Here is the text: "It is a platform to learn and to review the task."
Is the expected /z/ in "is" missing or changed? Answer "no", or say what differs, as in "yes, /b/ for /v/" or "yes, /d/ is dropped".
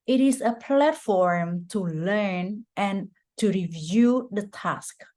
yes, /s/ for /z/